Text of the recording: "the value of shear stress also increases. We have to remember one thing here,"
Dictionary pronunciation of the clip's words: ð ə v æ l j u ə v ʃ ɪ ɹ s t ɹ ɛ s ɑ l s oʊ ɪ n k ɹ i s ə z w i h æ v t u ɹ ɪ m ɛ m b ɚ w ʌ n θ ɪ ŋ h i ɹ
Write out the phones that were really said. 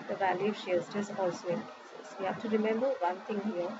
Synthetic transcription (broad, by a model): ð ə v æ l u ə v ʃ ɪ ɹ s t ɪ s ɑ l s oʊ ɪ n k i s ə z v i h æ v t u ɹ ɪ m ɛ m b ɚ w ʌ n t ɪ ŋ h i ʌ